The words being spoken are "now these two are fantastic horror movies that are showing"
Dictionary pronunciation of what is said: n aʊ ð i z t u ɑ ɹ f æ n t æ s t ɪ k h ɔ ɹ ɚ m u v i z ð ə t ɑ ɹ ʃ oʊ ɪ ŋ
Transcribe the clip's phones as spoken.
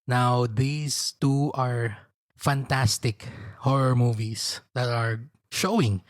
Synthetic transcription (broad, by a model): n aʊ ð i s t u ɑ ɹ f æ n t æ s t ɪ k h ɔ ɹ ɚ m u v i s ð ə t ɑ ɹ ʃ oʊ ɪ ŋ